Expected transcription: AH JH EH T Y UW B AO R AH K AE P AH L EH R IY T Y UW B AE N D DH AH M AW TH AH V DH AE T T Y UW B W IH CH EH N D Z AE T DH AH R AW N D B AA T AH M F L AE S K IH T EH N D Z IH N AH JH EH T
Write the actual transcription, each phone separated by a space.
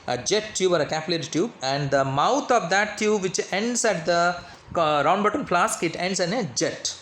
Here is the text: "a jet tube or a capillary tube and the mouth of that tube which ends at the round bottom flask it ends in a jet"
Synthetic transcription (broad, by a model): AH JH EH T Y UW B AO R AH K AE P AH L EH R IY T Y UW B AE N D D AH M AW T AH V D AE T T Y UW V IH CH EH N D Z AE T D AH R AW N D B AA T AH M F L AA S K IH T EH N D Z IH N AH JH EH T